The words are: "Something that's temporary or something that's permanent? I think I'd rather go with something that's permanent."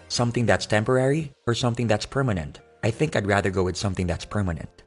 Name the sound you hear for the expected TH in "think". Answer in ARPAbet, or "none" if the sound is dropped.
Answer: TH